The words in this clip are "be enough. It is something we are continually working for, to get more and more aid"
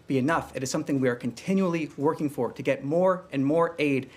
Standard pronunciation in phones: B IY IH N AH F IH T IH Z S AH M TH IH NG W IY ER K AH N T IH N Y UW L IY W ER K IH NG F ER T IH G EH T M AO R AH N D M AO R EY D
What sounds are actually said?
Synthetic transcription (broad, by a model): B IY IH N AH F IH T IH Z S AH M TH IH NG W IY ER K AH N T IH N Y UW L IY W ER K IH NG F ER T IH G EH T M AO R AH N M AO R EY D